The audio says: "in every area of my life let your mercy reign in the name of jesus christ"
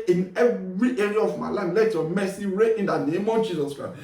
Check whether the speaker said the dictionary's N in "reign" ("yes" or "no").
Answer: no